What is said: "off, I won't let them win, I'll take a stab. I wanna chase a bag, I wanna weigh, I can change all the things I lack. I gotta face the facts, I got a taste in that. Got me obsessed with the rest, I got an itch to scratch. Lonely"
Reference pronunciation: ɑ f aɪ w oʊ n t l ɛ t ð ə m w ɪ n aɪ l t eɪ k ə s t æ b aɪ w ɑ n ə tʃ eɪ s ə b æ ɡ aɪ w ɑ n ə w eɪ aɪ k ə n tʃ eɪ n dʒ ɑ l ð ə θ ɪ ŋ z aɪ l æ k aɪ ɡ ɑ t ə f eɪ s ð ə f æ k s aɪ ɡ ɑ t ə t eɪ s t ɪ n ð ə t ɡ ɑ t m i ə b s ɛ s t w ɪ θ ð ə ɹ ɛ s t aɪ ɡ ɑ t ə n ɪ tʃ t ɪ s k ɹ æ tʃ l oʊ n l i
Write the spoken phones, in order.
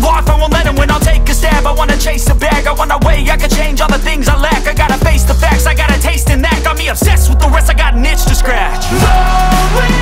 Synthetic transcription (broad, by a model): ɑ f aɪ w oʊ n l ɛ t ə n w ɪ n aɪ l t eɪ k ə s t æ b aɪ w ɑ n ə tʃ eɪ s ə b æ ɡ aɪ w ɑ n ə w eɪ aɪ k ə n tʃ eɪ n dʒ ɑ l ð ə θ ɪ ŋ z aɪ l æ k aɪ ɡ ɑ t ə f eɪ s ð ə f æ k s aɪ ɡ ɑ t ə t eɪ s t ɪ n ð ə t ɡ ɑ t m i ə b s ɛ s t w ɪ ð ə ɹ ɛ s t aɪ ɡ ɑ t n ɪ tʃ t ɪ s k ɹ æ tʃ